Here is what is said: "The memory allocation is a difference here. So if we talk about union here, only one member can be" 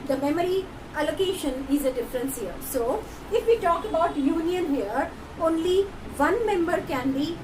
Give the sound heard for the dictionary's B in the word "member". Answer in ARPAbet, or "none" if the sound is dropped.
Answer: B